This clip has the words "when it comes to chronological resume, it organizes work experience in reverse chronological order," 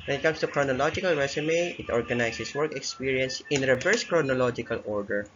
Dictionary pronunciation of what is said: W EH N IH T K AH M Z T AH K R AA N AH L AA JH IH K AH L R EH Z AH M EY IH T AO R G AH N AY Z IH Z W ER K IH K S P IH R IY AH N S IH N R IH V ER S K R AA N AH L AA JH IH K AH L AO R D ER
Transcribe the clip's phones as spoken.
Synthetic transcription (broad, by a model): W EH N IH T K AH M S T AH K R AA N AH L AA JH IH K AH L R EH S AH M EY IH T AO R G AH N AY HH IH S W ER K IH K S P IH R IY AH N S IH N R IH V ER S K R AA N AH L AA JH IH K AH L AO R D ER